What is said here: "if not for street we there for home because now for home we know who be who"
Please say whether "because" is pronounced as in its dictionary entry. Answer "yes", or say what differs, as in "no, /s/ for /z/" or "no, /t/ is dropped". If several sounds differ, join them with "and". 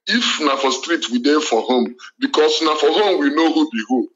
no, /s/ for /z/